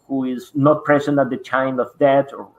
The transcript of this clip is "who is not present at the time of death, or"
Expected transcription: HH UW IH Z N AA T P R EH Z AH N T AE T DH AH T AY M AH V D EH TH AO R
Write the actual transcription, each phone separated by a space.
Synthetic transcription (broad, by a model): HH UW IH Z N AA T P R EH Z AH N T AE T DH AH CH AY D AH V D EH T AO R